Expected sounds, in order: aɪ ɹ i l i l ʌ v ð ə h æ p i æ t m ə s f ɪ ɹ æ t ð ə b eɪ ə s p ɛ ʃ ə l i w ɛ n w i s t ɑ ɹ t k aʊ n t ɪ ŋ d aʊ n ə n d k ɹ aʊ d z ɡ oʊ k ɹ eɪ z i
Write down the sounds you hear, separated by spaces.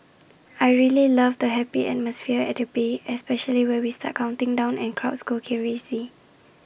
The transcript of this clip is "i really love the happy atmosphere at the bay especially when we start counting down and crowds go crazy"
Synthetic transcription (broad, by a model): aɪ ɹ i l i l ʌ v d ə h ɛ p i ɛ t m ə s f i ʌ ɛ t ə b eɪ ə s p ɛ ʃ ə l i w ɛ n w i s t ɑ t k aʊ n t ɪ ŋ d aʊ n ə n k ɹ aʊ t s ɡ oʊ k ɹ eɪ s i